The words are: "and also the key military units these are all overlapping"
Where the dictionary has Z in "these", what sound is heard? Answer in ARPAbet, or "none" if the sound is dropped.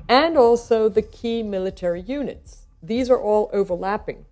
Z